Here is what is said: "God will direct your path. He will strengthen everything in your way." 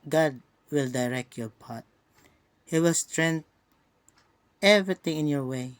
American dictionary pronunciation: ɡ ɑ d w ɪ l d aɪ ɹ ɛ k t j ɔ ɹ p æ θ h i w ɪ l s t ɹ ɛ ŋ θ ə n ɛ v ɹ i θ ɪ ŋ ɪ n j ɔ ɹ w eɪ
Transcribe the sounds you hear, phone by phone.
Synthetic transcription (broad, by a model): ɡ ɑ d w ɪ l d aɪ ɹ ɛ k t j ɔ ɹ p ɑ t h i w ɪ l s t ɹ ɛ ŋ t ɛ v ɹ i t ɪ ŋ ɪ n j ɔ ɹ w eɪ